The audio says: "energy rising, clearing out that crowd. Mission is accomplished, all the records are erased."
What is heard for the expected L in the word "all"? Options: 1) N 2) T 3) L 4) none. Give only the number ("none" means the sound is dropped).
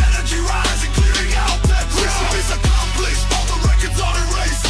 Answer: 1